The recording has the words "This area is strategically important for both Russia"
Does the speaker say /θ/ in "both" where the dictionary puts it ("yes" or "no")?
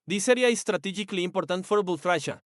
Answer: no